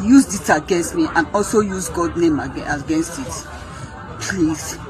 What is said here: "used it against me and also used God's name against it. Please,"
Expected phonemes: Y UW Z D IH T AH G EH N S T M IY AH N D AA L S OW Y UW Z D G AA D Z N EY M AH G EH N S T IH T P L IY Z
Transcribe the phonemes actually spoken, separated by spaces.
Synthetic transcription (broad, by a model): Y UW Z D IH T AH G EH N S T M IY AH N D AA L S OW Y UW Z G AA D N EY M AH G EH N S T IH T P L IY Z